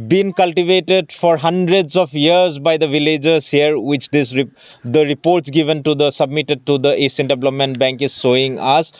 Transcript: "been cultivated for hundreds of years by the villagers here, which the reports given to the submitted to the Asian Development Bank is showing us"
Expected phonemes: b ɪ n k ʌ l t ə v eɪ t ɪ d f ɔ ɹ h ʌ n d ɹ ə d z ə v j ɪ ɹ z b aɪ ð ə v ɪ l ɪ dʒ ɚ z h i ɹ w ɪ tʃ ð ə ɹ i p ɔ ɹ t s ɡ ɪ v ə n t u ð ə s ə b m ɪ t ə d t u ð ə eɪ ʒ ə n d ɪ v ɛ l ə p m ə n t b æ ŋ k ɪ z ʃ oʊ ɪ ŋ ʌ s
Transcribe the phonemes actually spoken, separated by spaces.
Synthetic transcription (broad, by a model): b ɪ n k ʌ l t ə v eɪ t ɪ d f ɔ ɹ h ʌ n d ɹ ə d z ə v j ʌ ɹ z b aɪ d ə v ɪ l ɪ dʒ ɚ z h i ɹ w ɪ tʃ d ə ɹ i p ɔ ɹ t s ɡ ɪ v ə n t u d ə s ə b m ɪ t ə d t u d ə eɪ s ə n d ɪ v l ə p m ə n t b æ ŋ k ɪ z s oʊ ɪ ŋ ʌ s